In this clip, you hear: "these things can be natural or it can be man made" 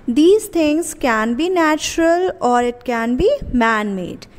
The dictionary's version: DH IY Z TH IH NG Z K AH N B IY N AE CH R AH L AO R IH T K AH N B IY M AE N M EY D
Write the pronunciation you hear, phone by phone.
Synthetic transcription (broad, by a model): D IY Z T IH NG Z K AH N B IY N AE CH R AH L AO R IH T K AH N B IY M AE N M EY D